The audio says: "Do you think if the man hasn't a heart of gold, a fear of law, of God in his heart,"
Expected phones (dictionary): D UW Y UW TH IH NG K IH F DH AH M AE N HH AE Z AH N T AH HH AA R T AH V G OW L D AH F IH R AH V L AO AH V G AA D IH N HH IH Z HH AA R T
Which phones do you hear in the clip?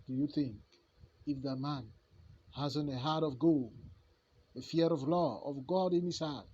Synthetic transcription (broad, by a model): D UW Y UW TH IH NG K IH F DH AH M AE N HH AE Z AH N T AH HH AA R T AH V G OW L AH F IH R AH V L AO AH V G AA D IH N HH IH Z HH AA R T